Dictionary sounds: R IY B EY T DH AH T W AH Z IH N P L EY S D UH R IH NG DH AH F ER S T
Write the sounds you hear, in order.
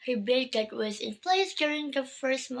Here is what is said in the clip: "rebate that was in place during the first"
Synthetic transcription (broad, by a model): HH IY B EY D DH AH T W AH Z IH N P L EY S D UH R IH NG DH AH F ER S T